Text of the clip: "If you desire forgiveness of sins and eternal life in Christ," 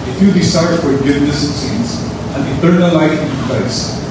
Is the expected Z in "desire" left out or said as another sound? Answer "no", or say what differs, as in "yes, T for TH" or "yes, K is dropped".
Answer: yes, S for Z